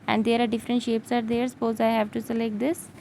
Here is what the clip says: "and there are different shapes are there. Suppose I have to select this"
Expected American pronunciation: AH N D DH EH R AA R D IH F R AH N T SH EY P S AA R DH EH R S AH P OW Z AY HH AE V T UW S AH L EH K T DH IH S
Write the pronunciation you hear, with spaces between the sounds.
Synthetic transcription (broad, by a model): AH N D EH R AA R D IH F R AH N T SH EY P S AA R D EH R S AH P OW Z AY HH AE V T UW S AH L EH K T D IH S